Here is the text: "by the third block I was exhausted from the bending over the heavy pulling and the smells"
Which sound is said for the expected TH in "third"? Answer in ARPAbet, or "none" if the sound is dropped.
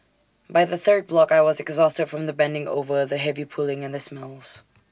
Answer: TH